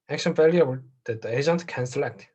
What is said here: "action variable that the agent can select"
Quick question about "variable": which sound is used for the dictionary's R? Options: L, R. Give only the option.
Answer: L